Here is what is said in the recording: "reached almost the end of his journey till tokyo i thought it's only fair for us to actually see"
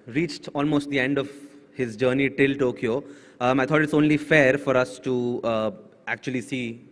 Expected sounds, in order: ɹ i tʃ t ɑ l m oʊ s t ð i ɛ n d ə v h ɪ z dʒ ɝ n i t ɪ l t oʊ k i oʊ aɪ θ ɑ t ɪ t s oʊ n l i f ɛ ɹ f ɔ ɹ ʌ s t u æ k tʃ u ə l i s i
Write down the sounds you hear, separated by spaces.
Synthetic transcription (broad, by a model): ɹ i tʃ t ɑ l m oʊ s t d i ɛ n d ə v h ɪ z dʒ ɝ n i t ɪ l t oʊ k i oʊ aɪ t ɑ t ɪ t s oʊ n l i f ɛ ɹ f ɔ ɹ ʌ s t u æ k tʃ u ə l i s i